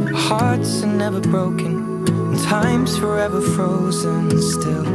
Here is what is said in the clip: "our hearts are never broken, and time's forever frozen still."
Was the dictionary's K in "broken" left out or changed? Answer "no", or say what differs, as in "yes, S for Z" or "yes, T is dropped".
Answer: yes, K is dropped